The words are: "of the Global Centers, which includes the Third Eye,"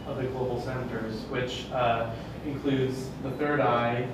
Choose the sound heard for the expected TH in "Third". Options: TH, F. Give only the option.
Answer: TH